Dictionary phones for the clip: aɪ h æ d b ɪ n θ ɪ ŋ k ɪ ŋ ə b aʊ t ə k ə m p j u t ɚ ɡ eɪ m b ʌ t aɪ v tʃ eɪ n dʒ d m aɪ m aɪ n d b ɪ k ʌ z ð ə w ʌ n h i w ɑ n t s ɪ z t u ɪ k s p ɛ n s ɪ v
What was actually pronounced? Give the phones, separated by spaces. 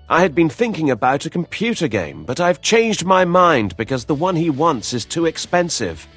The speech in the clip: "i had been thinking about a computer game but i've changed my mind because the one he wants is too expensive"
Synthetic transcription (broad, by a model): aɪ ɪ d b ɪ n θ ɪ ŋ k ɪ ŋ ə b aʊ t ə k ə m p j u t ɚ ɡ eɪ m b ʌ t aɪ v tʃ eɪ n dʒ d m aɪ m aɪ n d b ɪ k ʌ z ð ə w ʌ n i w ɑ n t s ɪ z t u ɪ k s p ɛ n s ɪ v